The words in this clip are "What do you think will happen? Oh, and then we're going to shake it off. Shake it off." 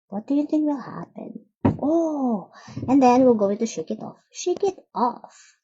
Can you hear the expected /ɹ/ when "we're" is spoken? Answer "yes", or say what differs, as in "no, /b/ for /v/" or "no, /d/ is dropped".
no, /l/ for /ɹ/